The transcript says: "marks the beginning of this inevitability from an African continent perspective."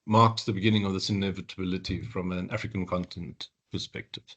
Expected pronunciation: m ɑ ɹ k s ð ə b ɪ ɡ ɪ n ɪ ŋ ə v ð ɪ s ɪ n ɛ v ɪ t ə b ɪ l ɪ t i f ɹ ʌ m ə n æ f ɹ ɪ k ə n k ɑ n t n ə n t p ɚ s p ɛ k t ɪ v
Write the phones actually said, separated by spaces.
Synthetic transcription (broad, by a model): m ɑ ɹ k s ð ə b ɪ ɡ ɪ n ɪ ŋ ə v ð ɪ s ɪ n ɛ v ɪ t ə b ɪ l ɪ t i f ɹ ʌ m ə n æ f ɹ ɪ k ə n k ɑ n t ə n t p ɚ s p ɛ k t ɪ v